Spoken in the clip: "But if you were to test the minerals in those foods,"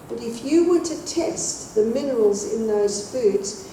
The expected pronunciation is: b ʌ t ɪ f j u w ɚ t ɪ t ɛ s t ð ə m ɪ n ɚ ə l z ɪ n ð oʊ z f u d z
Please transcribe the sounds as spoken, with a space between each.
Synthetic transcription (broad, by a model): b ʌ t ɪ f j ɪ w ɚ t ɪ t ɛ s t ð ə m ɪ n ɚ ə l z ɪ n ð oʊ z f u d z